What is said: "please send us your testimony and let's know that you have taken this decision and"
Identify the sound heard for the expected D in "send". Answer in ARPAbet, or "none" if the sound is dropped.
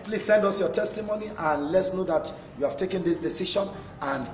D